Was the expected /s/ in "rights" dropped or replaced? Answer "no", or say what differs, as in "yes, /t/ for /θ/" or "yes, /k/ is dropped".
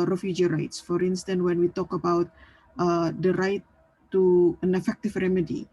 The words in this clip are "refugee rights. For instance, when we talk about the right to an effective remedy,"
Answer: no